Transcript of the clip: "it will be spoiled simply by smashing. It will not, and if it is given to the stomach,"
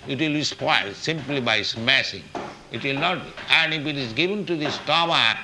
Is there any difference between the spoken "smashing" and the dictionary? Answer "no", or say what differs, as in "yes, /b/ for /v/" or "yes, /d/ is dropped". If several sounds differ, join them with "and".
yes, /s/ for /ʃ/